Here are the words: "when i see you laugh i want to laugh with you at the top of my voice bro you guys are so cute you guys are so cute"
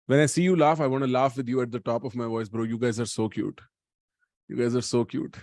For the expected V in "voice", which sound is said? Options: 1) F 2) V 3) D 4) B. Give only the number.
2